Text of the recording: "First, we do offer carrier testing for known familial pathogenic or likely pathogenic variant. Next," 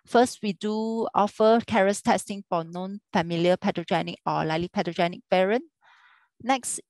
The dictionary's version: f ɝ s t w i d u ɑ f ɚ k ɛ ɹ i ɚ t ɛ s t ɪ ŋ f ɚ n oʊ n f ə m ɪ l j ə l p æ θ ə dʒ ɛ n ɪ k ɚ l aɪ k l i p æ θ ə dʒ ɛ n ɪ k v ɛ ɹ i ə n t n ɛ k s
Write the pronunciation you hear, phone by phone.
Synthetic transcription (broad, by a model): f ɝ s t w i d u ɑ f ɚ k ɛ ɹ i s t ɛ s t ɪ ŋ f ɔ n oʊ n f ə m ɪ l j ə p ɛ t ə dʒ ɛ n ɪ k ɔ l aɪ l i p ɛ t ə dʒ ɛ n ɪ k p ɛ ɹ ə n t n ɛ k s